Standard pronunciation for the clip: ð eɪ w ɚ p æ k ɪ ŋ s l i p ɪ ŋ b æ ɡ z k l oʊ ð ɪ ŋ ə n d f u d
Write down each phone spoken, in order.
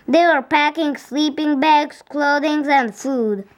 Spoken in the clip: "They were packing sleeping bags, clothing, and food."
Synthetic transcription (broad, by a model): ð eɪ w ɚ p æ k ɪ ŋ s l i p ɪ ŋ b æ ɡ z k l oʊ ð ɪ ŋ ə n d f u d